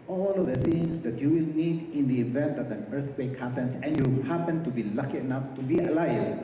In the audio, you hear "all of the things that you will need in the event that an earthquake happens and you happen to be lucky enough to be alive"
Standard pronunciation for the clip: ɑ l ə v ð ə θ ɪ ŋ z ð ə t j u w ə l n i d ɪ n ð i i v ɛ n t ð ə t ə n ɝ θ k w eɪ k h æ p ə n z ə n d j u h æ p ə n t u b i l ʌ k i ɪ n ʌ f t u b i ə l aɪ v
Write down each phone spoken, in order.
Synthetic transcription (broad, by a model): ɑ l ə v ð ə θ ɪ ŋ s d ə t j u w ə l n i d ɪ n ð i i v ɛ n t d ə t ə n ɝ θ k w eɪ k h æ p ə n s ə n j u h æ p ə n t u b i l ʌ k i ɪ n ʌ f t u b i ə l aɪ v